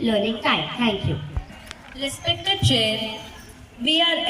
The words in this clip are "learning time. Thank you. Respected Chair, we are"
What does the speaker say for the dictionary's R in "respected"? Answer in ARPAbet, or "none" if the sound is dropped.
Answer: L